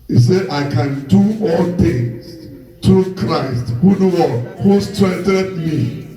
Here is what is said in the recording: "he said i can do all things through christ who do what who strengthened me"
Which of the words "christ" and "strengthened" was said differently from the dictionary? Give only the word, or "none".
strengthened